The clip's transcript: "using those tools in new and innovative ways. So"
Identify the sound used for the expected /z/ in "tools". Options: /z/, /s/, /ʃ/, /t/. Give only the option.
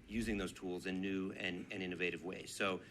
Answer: /z/